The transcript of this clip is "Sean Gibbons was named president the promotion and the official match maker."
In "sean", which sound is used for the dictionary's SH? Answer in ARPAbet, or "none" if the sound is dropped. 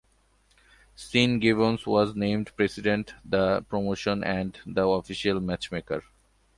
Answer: S